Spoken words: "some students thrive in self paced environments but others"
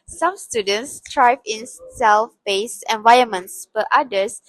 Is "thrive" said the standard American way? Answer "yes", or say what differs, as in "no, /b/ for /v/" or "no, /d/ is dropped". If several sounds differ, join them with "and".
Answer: no, /t/ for /θ/